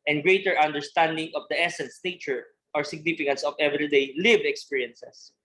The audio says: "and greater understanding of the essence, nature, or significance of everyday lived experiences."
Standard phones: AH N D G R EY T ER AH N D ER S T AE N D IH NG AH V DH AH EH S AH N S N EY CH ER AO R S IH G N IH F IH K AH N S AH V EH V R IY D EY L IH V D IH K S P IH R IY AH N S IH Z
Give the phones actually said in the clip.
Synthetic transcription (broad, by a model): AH N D G R EY T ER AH N D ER S T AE N D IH NG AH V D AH EH S AH N S N EY CH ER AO R S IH G N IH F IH K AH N S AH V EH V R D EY L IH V IH K S P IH R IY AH N S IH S